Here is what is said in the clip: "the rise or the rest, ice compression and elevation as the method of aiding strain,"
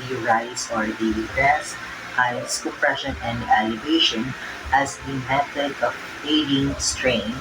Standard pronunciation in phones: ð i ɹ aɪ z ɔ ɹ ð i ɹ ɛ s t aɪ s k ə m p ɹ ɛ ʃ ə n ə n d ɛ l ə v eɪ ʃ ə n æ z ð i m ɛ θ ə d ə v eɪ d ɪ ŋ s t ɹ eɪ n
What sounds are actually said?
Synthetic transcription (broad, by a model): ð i ɹ aɪ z ɔ ɹ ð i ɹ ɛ s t aɪ s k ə p ɹ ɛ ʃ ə n ə n d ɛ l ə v eɪ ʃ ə n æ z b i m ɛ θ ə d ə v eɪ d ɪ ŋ s t ɹ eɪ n